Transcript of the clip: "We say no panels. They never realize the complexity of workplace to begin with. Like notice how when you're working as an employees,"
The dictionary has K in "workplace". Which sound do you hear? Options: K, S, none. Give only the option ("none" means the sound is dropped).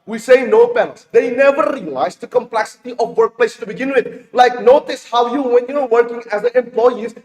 K